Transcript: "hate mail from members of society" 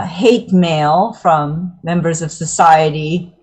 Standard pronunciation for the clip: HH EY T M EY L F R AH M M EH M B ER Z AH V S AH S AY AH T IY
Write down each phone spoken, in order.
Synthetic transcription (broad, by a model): HH EY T M EY L F R AH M M EH M B ER Z AH V S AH S AY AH T IY